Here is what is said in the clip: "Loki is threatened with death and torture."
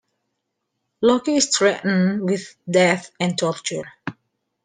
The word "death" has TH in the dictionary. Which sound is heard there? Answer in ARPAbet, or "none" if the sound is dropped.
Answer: TH